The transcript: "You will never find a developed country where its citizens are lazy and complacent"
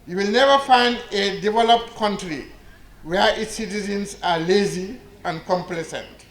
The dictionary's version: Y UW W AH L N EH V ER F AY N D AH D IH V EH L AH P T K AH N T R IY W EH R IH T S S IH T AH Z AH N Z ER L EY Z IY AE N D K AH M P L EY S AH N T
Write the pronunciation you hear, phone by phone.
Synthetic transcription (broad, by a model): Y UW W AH L N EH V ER F AY N D AH D IH V EH L AH P T K AH N T R IY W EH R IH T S S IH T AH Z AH N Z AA L EY Z IY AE N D K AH M P L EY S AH N T